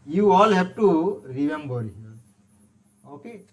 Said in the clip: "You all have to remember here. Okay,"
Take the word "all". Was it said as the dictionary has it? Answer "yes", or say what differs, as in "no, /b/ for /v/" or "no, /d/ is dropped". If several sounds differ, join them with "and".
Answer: yes